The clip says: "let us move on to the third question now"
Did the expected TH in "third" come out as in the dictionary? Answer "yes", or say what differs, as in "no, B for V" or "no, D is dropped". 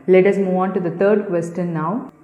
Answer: no, T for TH